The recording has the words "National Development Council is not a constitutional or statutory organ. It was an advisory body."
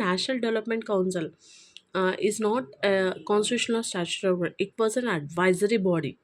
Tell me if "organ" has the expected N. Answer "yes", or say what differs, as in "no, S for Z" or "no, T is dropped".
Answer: no, N is dropped